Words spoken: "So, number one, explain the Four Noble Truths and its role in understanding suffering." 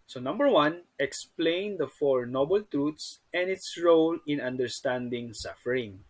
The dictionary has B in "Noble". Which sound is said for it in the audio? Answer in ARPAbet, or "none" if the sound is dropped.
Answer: B